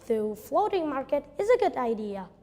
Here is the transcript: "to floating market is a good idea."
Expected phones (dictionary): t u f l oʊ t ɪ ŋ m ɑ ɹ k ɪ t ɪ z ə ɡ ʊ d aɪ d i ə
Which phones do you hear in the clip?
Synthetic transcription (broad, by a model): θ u f l oʊ t ɪ ŋ m ɑ ɹ k ɪ t ɪ z ə ɡ ʊ d aɪ d i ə